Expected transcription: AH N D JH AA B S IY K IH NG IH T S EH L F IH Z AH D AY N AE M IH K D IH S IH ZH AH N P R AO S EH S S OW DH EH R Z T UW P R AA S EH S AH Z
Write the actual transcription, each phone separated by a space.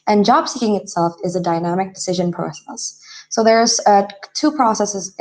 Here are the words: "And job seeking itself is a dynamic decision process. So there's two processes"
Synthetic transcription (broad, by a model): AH N JH AA B S IY K IH NG IH T S EH L F IH Z AH D AY N AE M IH K D IH S IH ZH AH N P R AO S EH S S OW DH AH R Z T UW P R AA S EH S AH Z